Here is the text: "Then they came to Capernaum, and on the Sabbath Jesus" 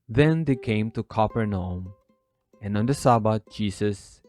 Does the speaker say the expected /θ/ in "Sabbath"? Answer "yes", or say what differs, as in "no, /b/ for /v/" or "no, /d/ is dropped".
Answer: no, /t/ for /θ/